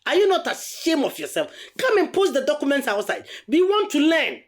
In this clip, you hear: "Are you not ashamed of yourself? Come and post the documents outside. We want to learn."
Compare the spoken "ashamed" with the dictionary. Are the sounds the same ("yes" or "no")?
no